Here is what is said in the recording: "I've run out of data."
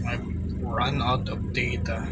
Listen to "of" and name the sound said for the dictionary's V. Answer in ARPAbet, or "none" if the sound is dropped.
P